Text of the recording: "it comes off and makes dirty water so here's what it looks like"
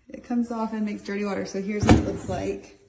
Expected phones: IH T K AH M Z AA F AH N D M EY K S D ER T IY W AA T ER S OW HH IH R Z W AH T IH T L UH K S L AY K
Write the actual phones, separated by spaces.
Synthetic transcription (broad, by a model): IH T K AH M Z AA F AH N M EY K S D ER T IY W AA T ER S OW HH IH R Z W AH T IH T L UH K S L AY K